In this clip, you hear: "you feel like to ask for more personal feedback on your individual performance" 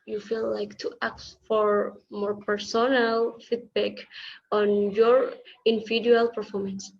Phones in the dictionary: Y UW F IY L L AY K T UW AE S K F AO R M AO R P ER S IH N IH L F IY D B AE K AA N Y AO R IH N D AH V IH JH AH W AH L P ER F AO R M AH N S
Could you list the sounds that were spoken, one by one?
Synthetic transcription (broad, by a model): Y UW F IY L L AY K T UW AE K F AO R M AO R P ER S IH N IH L F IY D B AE K AA N Y AO R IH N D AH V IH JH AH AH L P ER F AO R M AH N S